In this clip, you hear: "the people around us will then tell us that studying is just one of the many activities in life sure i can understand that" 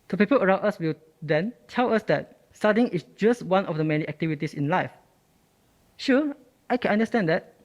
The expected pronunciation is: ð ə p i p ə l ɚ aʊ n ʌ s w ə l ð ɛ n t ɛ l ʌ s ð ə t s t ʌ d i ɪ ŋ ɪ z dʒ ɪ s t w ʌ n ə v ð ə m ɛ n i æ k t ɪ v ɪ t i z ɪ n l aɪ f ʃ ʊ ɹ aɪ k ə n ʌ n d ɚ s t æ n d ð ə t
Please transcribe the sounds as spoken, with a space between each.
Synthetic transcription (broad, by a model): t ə p i p ə l ɚ aʊ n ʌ s w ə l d ɛ n t ɛ l ʌ s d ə t s t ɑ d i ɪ ŋ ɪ s dʒ ɪ s t w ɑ n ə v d ə m ɛ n i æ k t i v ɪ t i s ɪ n l aɪ f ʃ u aɪ k ə n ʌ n d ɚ s t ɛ n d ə t